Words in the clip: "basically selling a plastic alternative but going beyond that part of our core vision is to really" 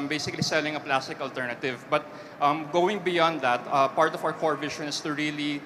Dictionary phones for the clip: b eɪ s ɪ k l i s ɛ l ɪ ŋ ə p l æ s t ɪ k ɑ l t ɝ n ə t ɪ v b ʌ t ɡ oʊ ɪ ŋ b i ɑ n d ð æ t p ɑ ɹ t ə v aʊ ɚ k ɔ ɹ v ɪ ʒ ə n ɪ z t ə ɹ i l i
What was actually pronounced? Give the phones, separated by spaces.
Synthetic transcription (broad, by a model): b eɪ s ɪ k l i s ɛ l ɪ ŋ ə p l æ s t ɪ k ɑ l t ɝ n ə t ɪ v b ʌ t ɡ oʊ ɪ ŋ b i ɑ n d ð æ t p ɑ ɹ t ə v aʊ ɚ k ɔ ɹ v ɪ ʃ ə n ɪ s t ə ɹ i l i